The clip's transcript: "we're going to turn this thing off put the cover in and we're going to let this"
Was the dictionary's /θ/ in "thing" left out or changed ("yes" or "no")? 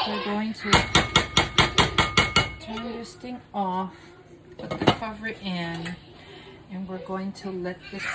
yes